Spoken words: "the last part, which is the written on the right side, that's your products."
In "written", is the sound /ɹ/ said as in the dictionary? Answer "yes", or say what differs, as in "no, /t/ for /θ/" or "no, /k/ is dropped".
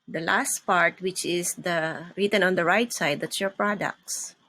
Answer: yes